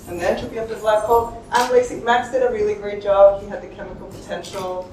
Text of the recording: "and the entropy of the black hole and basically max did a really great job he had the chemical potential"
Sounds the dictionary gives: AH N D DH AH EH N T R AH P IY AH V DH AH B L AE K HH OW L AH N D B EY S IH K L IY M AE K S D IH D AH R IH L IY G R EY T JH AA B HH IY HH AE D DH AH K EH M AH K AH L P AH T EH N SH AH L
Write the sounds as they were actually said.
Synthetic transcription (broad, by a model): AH N DH AH N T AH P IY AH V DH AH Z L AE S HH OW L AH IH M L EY IH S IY M AE K S D IH D AH R IH L IY G R EY T JH AA B HH IY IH D DH AH K EH M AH K L P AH T EH N SH L